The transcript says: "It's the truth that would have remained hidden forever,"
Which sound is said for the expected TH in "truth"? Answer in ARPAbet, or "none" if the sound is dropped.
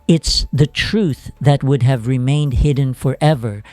TH